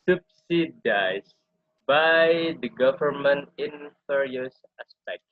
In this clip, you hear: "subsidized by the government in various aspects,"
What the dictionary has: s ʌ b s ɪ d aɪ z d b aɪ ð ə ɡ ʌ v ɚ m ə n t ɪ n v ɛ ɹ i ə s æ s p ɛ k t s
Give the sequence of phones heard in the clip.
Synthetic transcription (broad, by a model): s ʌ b s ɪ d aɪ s b aɪ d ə ɡ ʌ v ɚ m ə n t ɪ n f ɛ ɹ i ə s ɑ s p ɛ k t